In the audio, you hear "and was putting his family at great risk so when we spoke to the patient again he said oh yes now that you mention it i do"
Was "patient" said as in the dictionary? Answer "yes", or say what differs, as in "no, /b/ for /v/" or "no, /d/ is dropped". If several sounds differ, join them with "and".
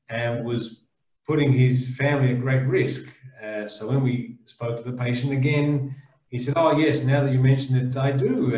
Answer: yes